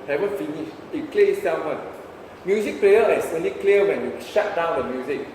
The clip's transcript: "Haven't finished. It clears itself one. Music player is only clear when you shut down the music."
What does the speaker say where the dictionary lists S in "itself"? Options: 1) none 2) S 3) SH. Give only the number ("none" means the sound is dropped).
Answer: 1